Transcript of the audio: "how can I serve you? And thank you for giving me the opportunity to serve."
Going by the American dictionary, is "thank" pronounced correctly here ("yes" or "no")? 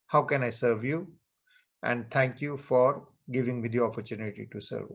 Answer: no